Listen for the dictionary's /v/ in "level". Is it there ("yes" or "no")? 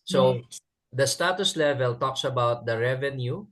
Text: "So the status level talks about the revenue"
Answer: yes